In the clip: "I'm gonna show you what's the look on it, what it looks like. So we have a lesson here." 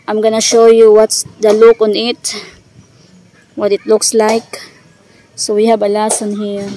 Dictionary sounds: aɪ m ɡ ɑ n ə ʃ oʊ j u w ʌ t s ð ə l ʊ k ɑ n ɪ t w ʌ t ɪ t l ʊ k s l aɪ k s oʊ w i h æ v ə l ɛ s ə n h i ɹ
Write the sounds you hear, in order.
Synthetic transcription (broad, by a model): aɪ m ɡ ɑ n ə ʃ oʊ j u w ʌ t s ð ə l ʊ k ɑ n ɪ t w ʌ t ɪ t l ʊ k s l aɪ k s oʊ w i h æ b ə l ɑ s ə n h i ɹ